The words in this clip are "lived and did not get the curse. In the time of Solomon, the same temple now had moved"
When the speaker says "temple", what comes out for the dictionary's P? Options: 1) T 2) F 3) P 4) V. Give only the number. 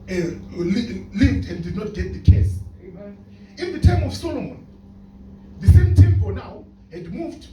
2